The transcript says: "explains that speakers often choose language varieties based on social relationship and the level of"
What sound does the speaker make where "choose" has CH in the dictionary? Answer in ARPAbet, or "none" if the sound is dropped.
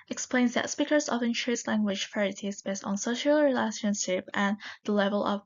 SH